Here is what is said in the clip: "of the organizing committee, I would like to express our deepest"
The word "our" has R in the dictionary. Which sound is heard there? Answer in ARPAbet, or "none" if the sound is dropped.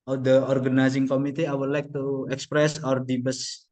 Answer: R